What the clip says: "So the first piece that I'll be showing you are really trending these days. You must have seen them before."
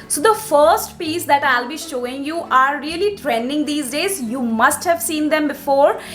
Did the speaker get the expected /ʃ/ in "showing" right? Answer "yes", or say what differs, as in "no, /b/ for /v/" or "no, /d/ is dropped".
yes